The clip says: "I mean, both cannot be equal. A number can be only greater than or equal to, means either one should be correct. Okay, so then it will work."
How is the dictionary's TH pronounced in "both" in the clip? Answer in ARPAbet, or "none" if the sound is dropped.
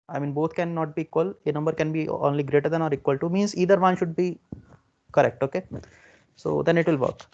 T